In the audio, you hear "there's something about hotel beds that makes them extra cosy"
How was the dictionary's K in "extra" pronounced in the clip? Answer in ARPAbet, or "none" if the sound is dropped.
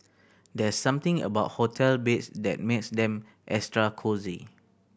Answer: none